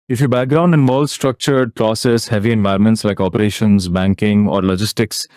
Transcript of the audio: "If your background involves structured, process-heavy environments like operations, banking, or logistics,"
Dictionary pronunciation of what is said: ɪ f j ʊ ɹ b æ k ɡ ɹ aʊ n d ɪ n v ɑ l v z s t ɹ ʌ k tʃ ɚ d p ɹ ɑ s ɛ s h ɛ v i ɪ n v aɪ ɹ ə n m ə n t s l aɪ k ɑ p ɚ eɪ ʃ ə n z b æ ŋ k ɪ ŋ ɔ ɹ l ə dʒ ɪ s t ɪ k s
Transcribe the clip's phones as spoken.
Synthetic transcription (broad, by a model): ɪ f j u b æ k ɡ ɹ aʊ n d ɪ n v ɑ l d s t ɹ ʌ k tʃ ɚ d p ɹ ɑ s ɛ s h ɛ v i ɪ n v aɪ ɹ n m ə n t s l aɪ k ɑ p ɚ eɪ ʃ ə n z b æ ŋ k ɪ ŋ ɔ ɹ l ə dʒ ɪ s t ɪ k s